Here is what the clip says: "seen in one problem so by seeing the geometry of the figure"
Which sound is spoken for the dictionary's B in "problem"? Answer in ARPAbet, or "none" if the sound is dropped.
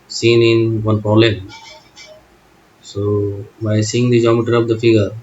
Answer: none